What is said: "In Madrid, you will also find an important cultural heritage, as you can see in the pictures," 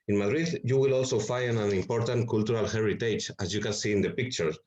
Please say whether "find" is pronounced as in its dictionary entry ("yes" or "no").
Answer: no